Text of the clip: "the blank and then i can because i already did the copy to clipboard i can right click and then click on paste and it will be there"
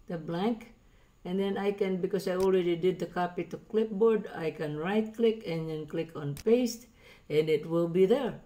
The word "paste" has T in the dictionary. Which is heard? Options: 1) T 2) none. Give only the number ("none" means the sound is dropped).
1